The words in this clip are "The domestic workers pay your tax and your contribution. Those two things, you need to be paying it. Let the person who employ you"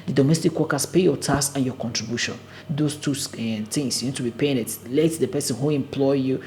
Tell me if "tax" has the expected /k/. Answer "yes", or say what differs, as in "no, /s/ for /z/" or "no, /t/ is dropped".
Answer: no, /k/ is dropped